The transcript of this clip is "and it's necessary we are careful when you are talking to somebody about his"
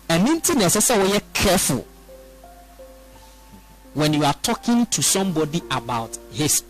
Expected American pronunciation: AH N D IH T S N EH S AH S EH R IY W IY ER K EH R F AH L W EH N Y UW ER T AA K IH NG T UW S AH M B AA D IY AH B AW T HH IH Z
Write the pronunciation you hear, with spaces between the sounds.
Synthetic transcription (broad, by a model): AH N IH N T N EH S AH S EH W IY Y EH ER K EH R F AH L W EH N Y UW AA T AA K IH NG T UW S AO M B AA D IY AH B AW T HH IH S